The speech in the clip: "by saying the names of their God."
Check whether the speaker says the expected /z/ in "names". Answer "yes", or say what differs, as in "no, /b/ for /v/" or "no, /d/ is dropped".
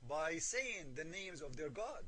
yes